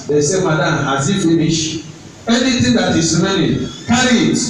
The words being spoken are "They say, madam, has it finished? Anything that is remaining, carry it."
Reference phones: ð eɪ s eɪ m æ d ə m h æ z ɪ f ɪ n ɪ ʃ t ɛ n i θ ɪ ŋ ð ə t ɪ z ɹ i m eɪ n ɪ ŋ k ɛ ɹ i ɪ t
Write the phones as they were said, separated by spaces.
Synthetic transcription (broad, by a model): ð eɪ s eɪ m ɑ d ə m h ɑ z ɪ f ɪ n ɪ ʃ ɛ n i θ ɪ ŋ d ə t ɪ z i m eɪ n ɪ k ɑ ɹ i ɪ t